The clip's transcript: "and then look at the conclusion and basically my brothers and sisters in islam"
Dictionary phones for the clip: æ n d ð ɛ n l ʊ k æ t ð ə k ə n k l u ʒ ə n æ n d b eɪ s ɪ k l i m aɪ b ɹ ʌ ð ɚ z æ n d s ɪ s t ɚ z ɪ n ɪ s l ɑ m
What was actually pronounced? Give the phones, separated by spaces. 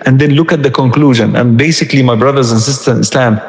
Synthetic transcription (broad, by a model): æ n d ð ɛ n l ʊ k æ t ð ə k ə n k l u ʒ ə n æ n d b eɪ s ɪ k l i m aɪ b ɹ ʌ ð ɚ z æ n s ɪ s t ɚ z ɪ n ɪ s l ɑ m